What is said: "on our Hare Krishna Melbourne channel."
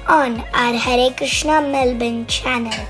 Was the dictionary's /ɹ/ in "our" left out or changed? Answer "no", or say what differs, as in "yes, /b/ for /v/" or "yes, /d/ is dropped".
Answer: no